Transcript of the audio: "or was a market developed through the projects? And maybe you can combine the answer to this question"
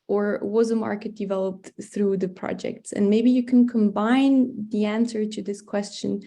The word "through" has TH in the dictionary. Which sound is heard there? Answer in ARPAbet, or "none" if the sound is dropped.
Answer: TH